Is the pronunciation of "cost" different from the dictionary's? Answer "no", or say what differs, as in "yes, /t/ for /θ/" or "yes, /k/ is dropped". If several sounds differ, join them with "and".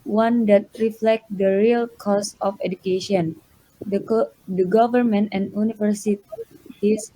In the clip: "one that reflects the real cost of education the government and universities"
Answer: yes, /t/ is dropped